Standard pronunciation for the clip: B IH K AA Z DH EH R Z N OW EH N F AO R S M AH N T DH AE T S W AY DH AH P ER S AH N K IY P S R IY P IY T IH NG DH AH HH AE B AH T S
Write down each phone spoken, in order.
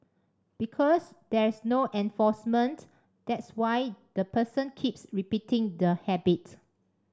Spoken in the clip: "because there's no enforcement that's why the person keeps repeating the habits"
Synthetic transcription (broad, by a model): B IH K AA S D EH R S N OW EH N F AO S M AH N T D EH T S W AY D AH P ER S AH N K IY P S R IY P IY T IH NG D AH HH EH B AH T